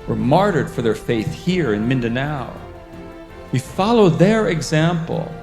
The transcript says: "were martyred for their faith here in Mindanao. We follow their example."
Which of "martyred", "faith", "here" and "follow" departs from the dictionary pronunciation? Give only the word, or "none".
none